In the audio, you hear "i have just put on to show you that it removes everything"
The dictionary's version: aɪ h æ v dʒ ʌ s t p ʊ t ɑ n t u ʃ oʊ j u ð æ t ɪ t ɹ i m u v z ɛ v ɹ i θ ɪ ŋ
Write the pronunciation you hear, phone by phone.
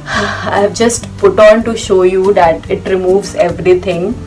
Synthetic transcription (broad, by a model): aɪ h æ v dʒ ʌ s t p ʊ t ɑ n t u ʃ oʊ j u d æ t ɪ t ɹ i m u v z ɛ v ɹ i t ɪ ŋ